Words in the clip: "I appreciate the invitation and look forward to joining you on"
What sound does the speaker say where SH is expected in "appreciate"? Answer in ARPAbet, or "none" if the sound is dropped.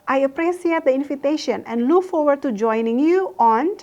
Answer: S